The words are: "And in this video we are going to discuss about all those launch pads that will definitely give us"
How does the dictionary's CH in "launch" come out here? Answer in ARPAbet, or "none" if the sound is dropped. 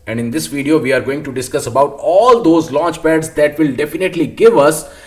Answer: CH